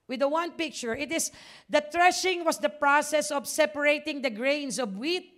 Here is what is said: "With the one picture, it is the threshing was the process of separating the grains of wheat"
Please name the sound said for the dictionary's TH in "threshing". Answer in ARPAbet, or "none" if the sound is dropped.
T